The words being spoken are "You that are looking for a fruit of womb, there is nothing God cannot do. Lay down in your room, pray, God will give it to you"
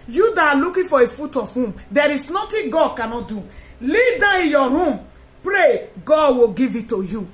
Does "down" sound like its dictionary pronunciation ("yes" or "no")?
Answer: no